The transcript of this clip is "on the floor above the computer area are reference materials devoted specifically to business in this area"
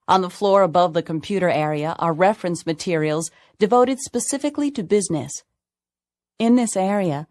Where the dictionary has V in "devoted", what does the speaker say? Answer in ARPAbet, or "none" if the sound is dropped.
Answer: V